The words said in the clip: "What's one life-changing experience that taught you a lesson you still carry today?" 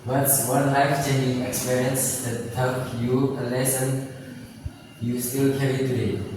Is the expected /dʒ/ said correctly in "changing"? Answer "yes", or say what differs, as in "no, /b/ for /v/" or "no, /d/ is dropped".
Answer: no, /dʒ/ is dropped